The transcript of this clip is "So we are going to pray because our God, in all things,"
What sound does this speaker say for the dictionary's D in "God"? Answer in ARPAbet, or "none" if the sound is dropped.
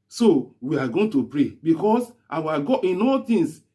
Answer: none